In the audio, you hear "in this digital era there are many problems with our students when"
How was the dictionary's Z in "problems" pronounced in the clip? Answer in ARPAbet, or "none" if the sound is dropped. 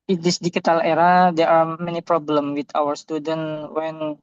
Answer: none